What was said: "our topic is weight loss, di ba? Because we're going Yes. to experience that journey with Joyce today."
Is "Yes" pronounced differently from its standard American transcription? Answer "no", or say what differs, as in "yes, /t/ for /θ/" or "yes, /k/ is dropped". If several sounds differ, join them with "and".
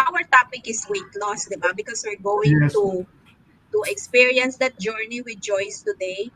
yes, /s/ is dropped